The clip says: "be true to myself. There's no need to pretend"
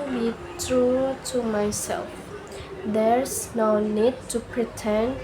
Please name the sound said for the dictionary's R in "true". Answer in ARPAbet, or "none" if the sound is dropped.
R